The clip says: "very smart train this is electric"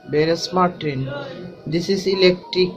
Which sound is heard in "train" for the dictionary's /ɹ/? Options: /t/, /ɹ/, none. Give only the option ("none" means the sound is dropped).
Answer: none